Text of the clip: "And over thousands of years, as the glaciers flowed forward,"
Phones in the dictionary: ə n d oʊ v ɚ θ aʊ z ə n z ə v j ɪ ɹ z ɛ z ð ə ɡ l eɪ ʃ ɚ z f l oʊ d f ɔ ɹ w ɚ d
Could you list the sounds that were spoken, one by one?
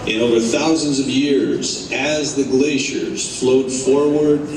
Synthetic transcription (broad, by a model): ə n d oʊ v ɚ θ aʊ z ə n z ə v j ɪ ɹ z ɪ z ð ə ɡ l eɪ ʃ ɚ z f l oʊ d f ɔ ɹ w ɚ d